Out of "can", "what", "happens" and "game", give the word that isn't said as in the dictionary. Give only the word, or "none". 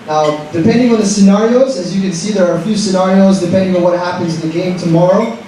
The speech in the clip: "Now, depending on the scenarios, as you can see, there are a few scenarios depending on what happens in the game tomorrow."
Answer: none